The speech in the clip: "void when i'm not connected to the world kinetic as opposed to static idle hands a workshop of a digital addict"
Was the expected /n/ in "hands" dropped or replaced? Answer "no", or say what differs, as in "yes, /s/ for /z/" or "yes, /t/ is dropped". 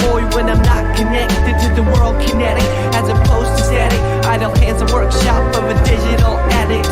yes, /n/ is dropped